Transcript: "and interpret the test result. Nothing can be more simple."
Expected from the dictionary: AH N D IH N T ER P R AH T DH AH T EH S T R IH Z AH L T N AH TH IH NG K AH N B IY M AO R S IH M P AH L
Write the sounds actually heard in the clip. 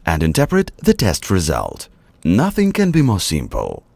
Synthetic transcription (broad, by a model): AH N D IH N T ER P R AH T DH AH T EH S T R IH Z AH L T N AH TH IH NG K AH N B IY M AO R S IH M P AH L